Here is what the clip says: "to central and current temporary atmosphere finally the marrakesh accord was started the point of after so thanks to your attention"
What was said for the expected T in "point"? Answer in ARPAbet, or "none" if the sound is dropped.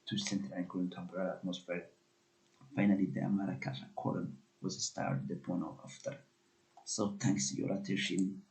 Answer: none